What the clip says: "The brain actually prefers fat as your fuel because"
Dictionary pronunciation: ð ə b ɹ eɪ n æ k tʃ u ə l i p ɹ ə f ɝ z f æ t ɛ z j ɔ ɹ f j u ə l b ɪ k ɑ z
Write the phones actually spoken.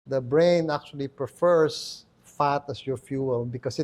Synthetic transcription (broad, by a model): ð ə b ɹ eɪ n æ k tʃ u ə l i p ɹ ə f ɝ s f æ t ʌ s j ɔ ɹ f j u ə l b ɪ k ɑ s